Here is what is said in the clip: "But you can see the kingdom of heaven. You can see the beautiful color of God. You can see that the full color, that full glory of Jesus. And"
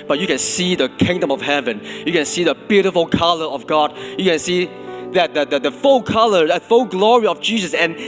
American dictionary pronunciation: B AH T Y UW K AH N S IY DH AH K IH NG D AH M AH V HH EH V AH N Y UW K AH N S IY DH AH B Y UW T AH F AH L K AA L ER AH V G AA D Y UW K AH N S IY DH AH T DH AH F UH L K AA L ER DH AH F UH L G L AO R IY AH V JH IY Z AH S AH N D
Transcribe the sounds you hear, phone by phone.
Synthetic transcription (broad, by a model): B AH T Y UW K AH N S IY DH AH K IH NG D AH M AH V HH EH V AH N Y UW K AH N S IY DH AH B Y UW T AH F AH L K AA L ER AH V G AA D Y UW K AH N S IY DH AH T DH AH F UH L K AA L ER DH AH F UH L G L AO R IY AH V JH IY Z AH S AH N